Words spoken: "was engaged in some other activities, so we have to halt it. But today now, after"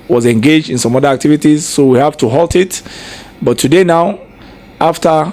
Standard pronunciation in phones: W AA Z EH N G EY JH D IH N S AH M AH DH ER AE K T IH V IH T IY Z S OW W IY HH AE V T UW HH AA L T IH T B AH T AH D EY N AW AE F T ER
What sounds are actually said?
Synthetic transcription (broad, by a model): W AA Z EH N G EY JH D IH N S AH M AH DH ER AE K T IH V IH T IY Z S OW W IY HH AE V T UW HH AA L T IH T B AH T AH D EY N AW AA F T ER